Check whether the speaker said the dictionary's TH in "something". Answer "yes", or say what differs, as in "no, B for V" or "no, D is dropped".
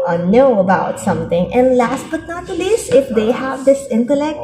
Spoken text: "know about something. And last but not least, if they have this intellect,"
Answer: no, T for TH